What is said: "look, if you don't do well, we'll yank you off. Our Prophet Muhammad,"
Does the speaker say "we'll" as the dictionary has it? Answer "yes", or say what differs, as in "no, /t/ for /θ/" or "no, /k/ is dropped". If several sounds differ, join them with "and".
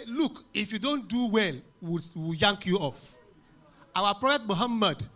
no, /w/ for /l/